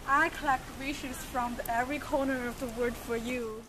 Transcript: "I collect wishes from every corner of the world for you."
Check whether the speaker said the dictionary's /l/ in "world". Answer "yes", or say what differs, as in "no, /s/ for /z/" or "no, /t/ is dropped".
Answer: no, /l/ is dropped